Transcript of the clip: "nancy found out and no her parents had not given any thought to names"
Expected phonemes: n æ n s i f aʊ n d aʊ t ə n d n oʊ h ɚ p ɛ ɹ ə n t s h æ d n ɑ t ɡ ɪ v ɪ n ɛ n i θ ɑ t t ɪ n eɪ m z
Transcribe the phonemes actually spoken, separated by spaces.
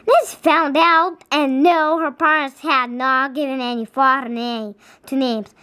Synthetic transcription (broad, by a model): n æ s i f aʊ n d aʊ t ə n n oʊ h ɚ p ɛ ɹ ə n t s h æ d n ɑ t ɡ ɪ v ɪ n ɛ n i f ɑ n t ɪ n eɪ m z